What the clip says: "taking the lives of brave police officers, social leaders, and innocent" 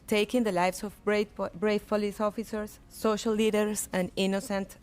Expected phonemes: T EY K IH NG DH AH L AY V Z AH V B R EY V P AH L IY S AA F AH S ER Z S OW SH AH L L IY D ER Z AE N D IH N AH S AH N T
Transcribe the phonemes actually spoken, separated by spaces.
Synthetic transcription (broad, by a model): T EY K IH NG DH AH L AY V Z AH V B R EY P AH L IY S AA F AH S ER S OW SH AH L L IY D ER S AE N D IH N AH S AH N T